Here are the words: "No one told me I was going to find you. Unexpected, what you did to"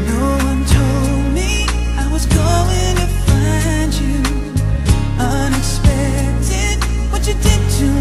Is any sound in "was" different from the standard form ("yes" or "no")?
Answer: no